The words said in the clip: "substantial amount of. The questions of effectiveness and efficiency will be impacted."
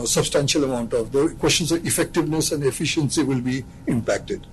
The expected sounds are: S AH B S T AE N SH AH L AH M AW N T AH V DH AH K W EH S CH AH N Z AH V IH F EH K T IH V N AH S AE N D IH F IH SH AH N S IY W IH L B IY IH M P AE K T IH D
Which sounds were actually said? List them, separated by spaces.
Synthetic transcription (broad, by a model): S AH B S T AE N SH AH L AH M AW N T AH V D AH K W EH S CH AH N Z AH V IH F EH K T IH V N AH S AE N D IH F IH SH AH N S IY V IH L B IY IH M P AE K T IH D